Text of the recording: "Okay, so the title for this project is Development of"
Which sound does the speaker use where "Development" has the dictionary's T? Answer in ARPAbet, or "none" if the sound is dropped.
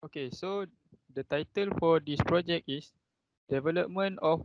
none